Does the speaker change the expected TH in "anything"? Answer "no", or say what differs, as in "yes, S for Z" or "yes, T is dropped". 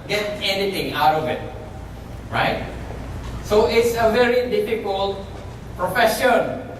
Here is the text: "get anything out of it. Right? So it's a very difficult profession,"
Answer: yes, T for TH